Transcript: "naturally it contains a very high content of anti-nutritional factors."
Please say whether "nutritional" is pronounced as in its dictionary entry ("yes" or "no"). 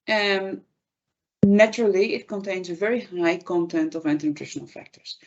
yes